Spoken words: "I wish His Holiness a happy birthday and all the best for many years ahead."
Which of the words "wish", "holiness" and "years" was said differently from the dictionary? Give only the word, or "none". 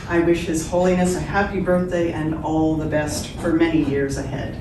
none